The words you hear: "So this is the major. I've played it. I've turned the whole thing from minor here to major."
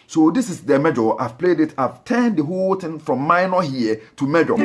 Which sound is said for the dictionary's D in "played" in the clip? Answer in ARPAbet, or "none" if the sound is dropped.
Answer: D